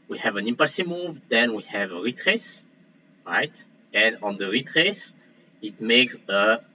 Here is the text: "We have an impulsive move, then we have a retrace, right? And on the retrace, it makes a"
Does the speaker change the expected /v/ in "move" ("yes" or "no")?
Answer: no